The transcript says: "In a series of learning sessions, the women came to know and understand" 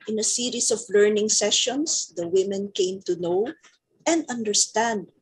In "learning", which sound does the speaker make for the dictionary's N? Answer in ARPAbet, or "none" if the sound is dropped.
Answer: N